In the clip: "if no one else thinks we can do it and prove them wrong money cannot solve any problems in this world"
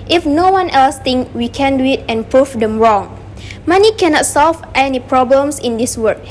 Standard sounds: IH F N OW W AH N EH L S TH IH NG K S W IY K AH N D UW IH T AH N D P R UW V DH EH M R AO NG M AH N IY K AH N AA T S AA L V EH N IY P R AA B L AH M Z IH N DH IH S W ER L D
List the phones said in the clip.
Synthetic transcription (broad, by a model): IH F N OW W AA N EH L S T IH NG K W IY K AH N D UW IH T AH N P R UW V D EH M R AO NG M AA N IY K AH N AA T S AA L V EH N IY P R AA B L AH M S IH N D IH S W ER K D